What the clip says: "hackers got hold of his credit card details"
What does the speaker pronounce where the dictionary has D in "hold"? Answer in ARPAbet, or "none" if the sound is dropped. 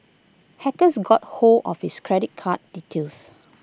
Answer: none